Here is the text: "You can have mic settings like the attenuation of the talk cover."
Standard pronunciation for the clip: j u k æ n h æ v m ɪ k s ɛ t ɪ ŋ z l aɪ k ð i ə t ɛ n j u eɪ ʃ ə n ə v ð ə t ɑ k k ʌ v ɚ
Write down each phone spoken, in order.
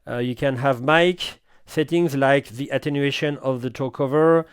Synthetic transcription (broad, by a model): j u k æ n h æ v m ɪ k s ɛ t ɪ ŋ z l aɪ k ð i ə t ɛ n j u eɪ ʃ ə n ə v ð ə t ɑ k k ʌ v ɚ